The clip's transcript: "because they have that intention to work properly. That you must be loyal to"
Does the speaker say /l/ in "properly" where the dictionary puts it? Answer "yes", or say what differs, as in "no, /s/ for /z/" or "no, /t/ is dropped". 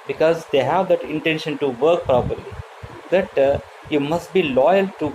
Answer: yes